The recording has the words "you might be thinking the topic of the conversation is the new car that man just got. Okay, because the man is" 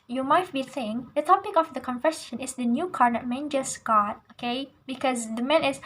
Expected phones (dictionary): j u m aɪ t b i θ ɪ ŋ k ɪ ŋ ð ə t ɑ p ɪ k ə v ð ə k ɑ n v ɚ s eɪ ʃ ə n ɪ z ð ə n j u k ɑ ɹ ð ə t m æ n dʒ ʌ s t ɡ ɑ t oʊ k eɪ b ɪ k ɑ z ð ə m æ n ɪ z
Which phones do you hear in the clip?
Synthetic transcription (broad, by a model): j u m aɪ t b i s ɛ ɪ ŋ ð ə t ɑ p ɪ k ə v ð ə k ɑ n f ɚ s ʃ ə n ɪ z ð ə n j u k ɑ ɹ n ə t m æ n dʒ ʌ s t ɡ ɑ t oʊ k eɪ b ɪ k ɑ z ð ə m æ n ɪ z